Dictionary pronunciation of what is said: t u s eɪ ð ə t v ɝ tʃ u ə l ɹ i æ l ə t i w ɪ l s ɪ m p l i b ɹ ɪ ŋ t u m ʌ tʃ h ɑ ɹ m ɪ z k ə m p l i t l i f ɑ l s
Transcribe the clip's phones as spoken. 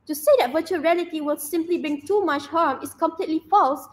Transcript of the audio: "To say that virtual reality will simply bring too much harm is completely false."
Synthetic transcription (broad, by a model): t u s eɪ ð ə t v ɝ tʃ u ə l ɹ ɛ l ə t i w ɪ l s ɪ m p l i b ɪ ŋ t u m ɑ tʃ h ɑ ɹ m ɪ s k ə m p l i t l i f ɑ l s